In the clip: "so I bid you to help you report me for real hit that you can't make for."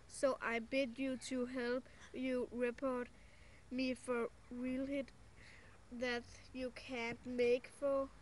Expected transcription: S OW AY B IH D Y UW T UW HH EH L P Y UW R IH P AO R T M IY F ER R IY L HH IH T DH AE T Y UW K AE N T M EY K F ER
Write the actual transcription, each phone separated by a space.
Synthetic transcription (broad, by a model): S OW AY B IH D Y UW T UW HH EH L P Y UW R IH P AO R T M IY F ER R IY L HH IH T DH AE T Y UW K AE N T M EY K F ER